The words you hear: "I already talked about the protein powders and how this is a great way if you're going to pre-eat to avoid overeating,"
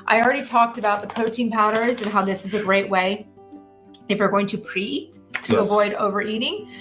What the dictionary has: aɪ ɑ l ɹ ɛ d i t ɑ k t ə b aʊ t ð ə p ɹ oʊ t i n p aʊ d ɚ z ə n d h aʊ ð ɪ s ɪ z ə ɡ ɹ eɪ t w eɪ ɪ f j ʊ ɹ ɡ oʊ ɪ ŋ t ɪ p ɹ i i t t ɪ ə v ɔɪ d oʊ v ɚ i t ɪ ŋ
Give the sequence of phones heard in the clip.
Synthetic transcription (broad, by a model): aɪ ɑ l ɹ ɛ d i t ɑ k t ə b aʊ t ð ə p oʊ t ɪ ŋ p aʊ d ɚ z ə n h aʊ ð ɪ s ɪ z ə ɡ ɹ eɪ t w eɪ ɪ f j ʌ ɹ ɡ oʊ ɪ ŋ t ɪ p ɹ i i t t ɪ ə v ɔɪ d oʊ v ɚ i t ɪ ŋ